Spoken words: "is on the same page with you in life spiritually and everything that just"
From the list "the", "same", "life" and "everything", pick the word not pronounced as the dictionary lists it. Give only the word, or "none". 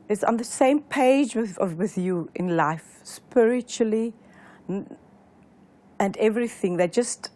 none